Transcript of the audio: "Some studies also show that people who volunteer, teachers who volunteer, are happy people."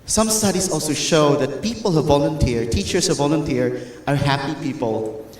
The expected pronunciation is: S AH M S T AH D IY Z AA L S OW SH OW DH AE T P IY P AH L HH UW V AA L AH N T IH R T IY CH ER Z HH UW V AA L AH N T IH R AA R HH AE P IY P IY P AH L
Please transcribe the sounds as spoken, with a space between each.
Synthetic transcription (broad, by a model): S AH M S T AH D IY S AA L S OW SH OW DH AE T P IY P AH L HH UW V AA L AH N T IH R T IY CH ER S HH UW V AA L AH N T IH R AA R HH AE P IY P IY P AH L